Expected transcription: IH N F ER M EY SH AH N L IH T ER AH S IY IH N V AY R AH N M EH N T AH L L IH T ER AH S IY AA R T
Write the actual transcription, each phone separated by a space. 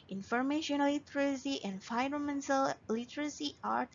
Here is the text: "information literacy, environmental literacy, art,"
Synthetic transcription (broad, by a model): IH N F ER M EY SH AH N L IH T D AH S IY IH N F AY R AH M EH N S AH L L IH T ER AH S IY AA R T